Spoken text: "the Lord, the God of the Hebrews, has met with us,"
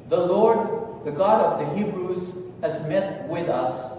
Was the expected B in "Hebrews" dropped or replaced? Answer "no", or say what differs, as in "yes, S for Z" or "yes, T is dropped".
no